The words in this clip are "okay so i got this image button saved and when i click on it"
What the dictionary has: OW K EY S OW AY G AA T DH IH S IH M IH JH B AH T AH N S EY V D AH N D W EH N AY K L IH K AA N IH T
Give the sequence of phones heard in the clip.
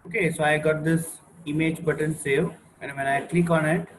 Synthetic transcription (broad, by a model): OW K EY S OW AY G AA T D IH S IH M IH JH B AH T AH N S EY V AH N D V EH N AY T L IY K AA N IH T